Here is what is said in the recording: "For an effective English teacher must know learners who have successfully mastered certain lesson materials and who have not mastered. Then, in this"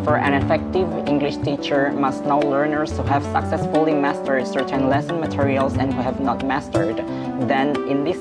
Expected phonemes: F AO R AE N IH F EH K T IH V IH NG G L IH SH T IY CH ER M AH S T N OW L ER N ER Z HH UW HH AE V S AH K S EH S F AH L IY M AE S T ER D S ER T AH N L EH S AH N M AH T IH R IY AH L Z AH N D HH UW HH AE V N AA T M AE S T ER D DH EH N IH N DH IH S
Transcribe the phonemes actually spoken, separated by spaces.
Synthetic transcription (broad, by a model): F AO R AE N IH F EH K T IH V IH NG G L IH SH T IY CH ER M AH S T N OW L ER N ER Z HH UW HH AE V S AH K S EH S F AH L IY M AE S T ER D S ER T AH N L EH S AH N M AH T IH R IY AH L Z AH N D HH UW HH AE V N AA T M AE S T ER D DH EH N IH N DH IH S